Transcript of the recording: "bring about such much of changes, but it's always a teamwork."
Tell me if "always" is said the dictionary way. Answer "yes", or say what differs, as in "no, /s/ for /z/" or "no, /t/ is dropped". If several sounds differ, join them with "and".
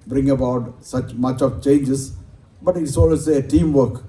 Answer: no, /z/ is dropped